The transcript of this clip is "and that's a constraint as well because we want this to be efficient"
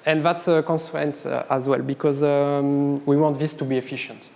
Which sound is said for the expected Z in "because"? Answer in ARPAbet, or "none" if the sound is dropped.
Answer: Z